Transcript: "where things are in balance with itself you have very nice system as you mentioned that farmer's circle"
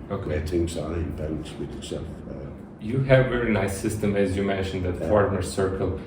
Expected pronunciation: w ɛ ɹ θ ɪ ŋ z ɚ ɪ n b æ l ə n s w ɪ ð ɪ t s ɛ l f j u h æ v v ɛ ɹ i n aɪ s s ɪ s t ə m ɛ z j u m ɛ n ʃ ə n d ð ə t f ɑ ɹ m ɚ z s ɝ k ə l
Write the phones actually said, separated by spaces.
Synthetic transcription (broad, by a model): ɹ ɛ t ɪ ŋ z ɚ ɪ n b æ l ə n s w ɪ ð ɪ t s ɛ l f j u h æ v v ɛ ɹ i n aɪ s s ɪ s t ə m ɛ z j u m ɛ n ʃ ə n d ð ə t f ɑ ɹ m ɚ s ɝ k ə l